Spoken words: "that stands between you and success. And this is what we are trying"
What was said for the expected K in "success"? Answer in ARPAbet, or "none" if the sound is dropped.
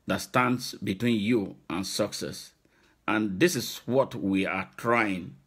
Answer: K